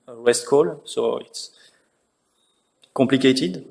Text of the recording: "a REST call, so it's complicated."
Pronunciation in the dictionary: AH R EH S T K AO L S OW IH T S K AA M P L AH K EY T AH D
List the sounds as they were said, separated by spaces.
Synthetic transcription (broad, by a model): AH W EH S T K AO L S OW IH T S K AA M P L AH K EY T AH D